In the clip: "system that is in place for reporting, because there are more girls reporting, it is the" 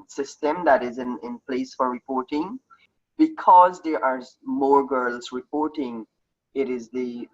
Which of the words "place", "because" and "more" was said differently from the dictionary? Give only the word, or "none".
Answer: none